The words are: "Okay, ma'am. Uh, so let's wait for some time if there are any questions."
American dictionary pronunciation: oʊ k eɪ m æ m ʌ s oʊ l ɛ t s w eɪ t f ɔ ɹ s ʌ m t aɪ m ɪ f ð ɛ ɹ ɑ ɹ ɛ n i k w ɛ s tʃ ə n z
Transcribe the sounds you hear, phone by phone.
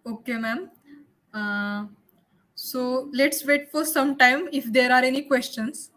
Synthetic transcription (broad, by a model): oʊ k eɪ m æ m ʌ s oʊ l ɛ t s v eɪ t f ɔ ɹ s ʌ m t aɪ m ɪ f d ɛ ɹ ɑ ɹ ɛ n i k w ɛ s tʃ ə n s